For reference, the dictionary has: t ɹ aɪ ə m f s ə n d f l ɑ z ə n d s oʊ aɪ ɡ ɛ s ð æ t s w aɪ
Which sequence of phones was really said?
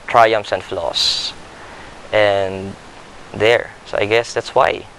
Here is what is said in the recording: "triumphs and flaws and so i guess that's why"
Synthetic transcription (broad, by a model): t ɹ aɪ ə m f s ə n d f l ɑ s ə n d s oʊ aɪ ɡ ɛ s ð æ t s w aɪ